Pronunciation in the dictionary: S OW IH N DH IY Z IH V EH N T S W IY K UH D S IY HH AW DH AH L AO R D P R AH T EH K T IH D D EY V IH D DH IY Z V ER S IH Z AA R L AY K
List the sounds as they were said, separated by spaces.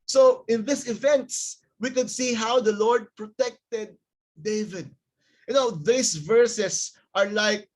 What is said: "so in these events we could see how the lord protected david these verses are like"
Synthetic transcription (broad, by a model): S OW IH N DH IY S IH V EH N T S W IY K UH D S IY HH AW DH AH L AO R D P R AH T EH K T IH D D EY V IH D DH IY S V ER S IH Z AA R L AY K